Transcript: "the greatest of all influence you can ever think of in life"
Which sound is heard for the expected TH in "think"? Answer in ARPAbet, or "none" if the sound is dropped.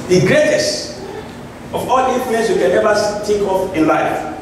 T